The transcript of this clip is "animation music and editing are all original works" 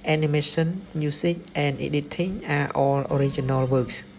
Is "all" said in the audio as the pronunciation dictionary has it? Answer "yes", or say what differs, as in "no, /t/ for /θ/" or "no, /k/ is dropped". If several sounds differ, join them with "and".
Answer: yes